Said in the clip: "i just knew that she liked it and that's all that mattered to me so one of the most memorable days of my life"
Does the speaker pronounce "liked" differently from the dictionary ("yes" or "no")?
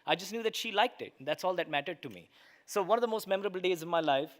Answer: no